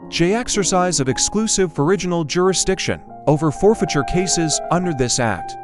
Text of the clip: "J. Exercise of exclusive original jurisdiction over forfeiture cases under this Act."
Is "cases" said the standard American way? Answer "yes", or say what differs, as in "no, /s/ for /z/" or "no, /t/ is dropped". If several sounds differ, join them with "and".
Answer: yes